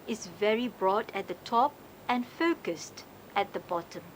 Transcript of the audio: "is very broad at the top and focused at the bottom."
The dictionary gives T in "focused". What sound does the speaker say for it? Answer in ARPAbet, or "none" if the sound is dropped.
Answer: T